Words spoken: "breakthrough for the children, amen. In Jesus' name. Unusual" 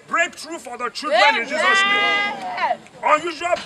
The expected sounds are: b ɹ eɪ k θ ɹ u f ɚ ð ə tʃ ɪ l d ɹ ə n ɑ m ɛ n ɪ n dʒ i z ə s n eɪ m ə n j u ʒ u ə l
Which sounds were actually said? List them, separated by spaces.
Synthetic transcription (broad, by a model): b ɹ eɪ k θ ɹ u f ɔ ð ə tʃ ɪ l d ɹ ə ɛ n ɪ n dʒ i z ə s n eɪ ə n j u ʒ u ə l